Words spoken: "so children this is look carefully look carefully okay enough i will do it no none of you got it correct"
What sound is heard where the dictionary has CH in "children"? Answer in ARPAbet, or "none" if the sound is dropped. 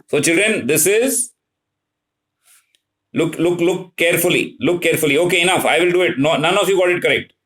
CH